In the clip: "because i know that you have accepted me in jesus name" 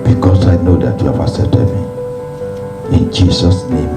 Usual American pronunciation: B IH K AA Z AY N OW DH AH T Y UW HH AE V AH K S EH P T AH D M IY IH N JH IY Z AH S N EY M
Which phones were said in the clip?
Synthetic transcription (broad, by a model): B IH K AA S AY N OW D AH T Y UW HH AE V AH S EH T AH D M IY IH N JH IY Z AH S N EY M